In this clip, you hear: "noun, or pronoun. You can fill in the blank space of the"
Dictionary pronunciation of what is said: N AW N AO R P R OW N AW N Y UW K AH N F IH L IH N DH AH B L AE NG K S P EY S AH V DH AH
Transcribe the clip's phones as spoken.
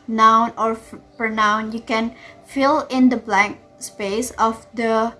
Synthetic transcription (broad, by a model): N AW N AO R P OW N AW N Y UW K AH N F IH L IH N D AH B L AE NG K S P EY S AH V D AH